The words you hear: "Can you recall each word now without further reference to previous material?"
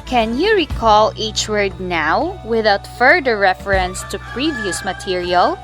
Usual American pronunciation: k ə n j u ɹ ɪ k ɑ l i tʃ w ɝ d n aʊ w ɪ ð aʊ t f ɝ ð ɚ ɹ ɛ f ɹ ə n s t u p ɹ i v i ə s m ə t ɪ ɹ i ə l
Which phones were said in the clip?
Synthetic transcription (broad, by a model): k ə n j u ɹ ɪ k ɑ l i tʃ w ɝ d n aʊ w ɪ ð aʊ t f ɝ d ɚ ɹ ɛ f ɹ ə n s t u p ɹ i v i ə s m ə t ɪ ɹ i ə l